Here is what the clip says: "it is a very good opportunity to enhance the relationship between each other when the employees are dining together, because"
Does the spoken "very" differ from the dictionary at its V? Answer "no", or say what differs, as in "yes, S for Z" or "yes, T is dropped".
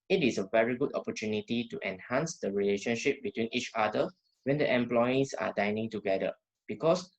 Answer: no